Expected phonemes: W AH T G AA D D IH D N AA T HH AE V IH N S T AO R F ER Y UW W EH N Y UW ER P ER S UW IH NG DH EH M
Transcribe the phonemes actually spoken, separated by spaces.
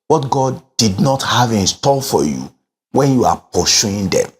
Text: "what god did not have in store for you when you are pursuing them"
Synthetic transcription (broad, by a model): W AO T G AA D D IH D N AA T HH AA V IH N S T AO L F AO Y UW W EH N Y UW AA P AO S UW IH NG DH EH M